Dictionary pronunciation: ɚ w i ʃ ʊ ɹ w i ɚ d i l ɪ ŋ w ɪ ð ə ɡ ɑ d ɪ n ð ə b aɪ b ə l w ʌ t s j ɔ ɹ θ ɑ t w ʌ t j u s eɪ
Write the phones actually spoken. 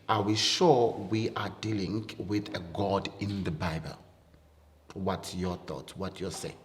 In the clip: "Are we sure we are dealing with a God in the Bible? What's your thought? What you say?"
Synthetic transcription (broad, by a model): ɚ w i ʃ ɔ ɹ w i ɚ d i l ɪ ŋ w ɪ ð ə ɡ ɑ d ɪ n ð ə b aɪ b ə l w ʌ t j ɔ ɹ θ ɑ t w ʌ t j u s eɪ